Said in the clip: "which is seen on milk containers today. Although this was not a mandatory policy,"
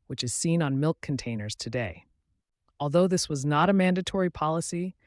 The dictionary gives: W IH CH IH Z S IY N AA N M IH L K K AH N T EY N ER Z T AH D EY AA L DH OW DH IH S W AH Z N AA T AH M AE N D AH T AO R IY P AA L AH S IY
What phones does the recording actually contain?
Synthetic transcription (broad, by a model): W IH CH IH Z S IY N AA N M IH L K K N T EY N ER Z T AH D EY AA L DH OW DH IH S W AH Z N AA T AH M AE N D AH T AO R IY P AA L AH S IY